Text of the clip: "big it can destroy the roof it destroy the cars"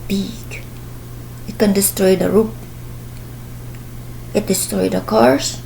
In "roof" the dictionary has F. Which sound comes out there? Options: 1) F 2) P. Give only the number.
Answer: 2